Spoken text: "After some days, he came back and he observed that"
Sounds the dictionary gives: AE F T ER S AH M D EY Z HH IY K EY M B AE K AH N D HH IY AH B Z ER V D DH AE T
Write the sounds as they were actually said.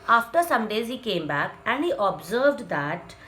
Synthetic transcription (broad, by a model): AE F T ER S AH M D EY Z HH IY K EY M B AE K AH N D HH IY AH B Z ER V D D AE T